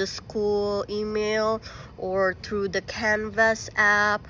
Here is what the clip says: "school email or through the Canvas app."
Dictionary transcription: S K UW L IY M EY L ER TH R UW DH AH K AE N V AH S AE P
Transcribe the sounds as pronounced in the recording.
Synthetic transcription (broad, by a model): S K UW L IY M EY L ER TH R UW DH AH K AE N V AH S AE P